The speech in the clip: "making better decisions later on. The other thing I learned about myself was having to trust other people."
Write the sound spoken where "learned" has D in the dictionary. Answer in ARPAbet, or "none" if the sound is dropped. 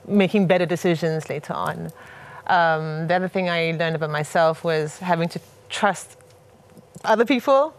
D